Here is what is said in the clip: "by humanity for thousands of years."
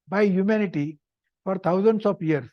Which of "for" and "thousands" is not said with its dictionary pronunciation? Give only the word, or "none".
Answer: thousands